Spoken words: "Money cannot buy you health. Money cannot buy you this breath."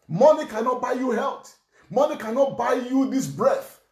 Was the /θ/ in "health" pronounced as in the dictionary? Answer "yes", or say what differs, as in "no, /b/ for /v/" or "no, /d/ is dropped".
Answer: no, /t/ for /θ/